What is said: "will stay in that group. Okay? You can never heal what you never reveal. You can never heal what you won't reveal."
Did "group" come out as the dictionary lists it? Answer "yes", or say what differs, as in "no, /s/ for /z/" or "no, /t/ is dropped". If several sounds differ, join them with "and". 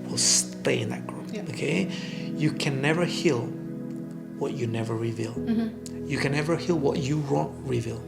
no, /p/ is dropped